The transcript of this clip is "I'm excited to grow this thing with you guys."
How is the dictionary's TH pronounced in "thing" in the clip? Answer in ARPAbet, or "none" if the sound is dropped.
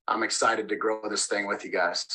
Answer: TH